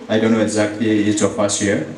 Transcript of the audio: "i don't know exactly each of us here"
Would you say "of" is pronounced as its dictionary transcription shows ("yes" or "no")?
no